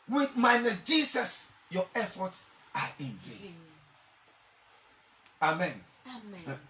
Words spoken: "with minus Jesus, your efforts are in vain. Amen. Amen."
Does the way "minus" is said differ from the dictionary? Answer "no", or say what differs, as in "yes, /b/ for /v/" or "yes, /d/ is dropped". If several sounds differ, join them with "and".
yes, /s/ is dropped